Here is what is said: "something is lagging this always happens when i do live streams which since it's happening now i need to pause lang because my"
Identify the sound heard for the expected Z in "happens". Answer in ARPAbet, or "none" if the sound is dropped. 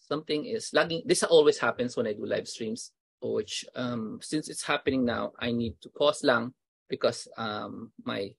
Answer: S